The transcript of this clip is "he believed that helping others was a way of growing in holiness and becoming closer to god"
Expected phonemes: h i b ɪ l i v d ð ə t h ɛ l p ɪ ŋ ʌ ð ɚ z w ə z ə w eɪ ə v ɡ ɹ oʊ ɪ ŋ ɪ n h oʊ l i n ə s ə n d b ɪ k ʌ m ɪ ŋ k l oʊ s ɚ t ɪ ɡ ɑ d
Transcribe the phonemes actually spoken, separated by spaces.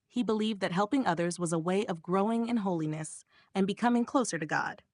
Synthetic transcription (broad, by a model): h i b ɪ l i v d ð ə t h ɛ l p ɪ ŋ ʌ ð ɚ z w ə z ə w eɪ ə v ɡ ɹ oʊ ɪ ŋ ɪ n h oʊ l i n ə s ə n b ɪ k ʌ m ɪ ŋ k l oʊ s ɚ t ɪ ɡ ɑ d